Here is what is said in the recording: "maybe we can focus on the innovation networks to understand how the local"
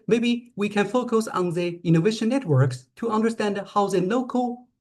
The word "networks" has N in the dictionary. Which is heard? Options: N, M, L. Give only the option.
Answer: N